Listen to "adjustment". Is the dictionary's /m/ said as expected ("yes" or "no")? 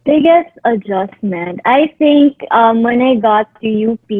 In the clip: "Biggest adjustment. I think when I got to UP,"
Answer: yes